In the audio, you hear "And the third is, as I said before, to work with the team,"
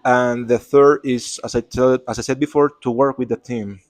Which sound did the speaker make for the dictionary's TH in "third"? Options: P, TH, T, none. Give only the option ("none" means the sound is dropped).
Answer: TH